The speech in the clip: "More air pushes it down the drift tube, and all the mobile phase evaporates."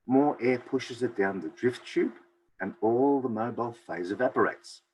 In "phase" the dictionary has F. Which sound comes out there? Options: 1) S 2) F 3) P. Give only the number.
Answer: 2